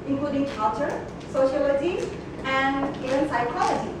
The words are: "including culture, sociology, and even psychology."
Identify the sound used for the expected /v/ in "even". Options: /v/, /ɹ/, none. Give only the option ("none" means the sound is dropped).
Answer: none